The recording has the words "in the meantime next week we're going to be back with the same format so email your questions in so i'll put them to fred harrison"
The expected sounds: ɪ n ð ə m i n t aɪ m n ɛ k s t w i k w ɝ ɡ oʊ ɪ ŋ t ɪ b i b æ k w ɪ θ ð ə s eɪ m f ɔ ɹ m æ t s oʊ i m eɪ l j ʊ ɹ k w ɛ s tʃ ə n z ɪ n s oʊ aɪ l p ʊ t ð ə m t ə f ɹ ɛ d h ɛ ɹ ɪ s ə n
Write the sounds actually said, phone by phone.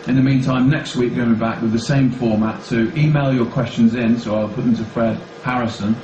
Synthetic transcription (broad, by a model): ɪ n ð ə m i n t aɪ m n ɛ k s t w i k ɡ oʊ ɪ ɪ b i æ k w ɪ ð ə s eɪ m f ɔ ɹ m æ t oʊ i m eɪ l j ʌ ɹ k w ɛ s tʃ ə n z ɪ n s oʊ aɪ l p ʊ t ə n t ə f ɹ ɛ d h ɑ ɹ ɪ s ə n